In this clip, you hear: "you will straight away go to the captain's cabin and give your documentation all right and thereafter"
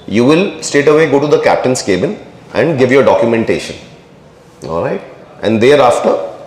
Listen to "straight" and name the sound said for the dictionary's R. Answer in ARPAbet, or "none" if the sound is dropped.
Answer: none